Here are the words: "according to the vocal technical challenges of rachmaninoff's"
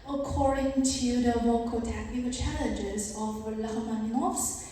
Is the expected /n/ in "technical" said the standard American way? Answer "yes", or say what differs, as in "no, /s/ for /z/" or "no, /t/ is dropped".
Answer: no, /n/ is dropped